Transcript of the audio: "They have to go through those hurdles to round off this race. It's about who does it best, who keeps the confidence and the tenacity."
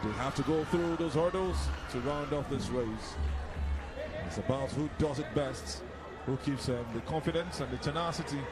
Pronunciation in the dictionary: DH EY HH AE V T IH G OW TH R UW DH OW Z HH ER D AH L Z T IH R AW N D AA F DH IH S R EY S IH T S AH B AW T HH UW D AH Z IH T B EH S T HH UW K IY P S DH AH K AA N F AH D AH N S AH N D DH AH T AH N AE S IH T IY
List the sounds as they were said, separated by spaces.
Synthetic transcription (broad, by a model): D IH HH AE F T IH G OW TH R UW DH OW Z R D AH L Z T IH R AW N D AA F DH IH S R EY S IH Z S AH B AW T HH UW D AH Z IH T B EH S T HH UW K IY P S DH AH K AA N F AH D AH N S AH N DH AH T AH N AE S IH T IY